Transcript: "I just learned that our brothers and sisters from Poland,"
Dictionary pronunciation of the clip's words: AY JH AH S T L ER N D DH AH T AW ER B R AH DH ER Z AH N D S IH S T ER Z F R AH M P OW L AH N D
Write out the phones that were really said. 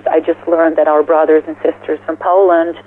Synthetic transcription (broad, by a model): AY JH AH S T L ER N DH AH T AW ER B R AH DH ER Z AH N S IH S T ER Z F R AH M P OW L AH N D